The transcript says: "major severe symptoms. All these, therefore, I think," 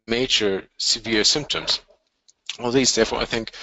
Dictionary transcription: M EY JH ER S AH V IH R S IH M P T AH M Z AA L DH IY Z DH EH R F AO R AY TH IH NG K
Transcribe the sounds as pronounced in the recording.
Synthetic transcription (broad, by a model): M EY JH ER S AH V IH R S IH M P T AH M Z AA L DH IY Z DH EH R F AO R AY TH IH NG K